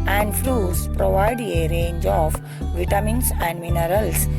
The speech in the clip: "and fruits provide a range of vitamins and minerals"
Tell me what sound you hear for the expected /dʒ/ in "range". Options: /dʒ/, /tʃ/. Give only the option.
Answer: /dʒ/